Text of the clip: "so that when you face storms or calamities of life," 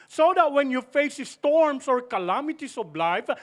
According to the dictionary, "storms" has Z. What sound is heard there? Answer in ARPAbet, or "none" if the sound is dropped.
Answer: S